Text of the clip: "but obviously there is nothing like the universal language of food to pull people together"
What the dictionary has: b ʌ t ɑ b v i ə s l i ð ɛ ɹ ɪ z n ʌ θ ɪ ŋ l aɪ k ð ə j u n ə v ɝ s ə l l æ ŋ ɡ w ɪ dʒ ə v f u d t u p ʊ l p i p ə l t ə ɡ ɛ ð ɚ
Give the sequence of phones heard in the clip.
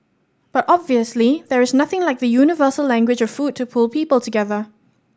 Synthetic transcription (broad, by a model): b ʌ t ɑ b v i ə s l i ð ɛ ɹ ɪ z n ʌ θ ɪ ŋ l aɪ k ð ə j u n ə v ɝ s ə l l æ ŋ ɡ w ɪ dʒ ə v f u d t u p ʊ l p i p ə l t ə ɡ ɛ ð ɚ